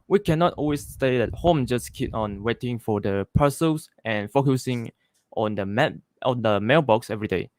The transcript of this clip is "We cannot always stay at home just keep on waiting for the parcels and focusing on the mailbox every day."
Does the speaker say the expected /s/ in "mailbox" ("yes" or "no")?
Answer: yes